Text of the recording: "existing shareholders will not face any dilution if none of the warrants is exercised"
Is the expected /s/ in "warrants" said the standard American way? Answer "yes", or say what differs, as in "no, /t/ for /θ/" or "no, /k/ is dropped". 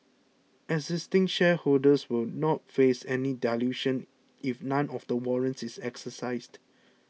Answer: yes